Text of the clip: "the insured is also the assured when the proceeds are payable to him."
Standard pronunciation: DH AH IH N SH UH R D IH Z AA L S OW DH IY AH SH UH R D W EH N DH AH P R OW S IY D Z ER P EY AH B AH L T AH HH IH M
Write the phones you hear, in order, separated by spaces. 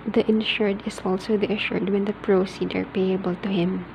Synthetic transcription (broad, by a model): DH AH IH N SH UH R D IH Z AA L S OW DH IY AH SH UH R D W EH N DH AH P R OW S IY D ER P EY AH B AH L T AH HH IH M